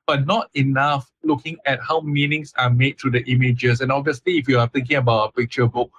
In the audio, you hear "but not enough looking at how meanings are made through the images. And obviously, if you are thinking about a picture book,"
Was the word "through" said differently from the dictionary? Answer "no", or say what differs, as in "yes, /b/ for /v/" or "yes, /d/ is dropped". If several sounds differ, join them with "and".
yes, /t/ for /θ/